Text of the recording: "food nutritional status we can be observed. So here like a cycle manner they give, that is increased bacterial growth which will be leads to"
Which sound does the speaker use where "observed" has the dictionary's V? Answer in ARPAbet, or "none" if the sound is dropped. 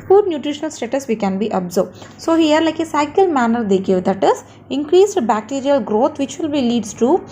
B